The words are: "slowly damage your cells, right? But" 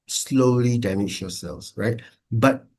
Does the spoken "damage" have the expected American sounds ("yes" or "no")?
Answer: no